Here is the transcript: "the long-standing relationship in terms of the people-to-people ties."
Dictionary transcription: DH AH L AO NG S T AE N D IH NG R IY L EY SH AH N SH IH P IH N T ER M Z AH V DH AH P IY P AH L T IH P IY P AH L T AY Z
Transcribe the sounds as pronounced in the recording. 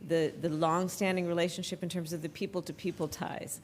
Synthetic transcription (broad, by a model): DH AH L AO NG S T AE N D IH NG R IY L EY SH AH N SH IH P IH N T ER M Z AH V DH AH P IY P L T IH P IY P L T AY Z